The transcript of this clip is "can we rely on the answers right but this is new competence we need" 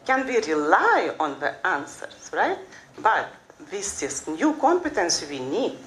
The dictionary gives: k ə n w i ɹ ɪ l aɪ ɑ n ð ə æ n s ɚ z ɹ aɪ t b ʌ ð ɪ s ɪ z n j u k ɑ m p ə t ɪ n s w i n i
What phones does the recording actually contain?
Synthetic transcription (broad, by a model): k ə n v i ɹ ɪ l aɪ ɑ n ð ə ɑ n s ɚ s ɹ aɪ t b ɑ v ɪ s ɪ s n j u k ɑ m p ə t ɪ n s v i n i